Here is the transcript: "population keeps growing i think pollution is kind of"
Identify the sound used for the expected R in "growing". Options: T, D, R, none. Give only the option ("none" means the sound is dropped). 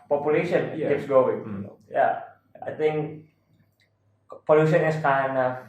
none